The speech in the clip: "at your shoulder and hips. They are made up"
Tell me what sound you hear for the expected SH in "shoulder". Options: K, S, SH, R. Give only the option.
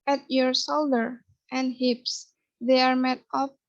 S